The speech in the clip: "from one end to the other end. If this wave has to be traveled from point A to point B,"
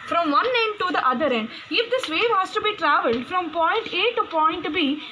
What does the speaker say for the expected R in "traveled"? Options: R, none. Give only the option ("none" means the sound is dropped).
R